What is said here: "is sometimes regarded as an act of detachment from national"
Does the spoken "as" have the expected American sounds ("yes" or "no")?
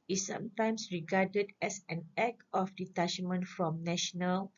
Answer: no